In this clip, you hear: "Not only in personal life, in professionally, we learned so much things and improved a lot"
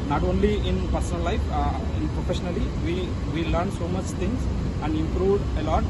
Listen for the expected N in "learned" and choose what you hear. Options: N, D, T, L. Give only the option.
L